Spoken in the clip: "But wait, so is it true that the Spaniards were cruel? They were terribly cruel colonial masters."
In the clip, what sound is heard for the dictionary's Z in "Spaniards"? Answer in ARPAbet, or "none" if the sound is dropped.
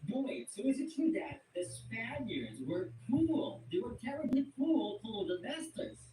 Z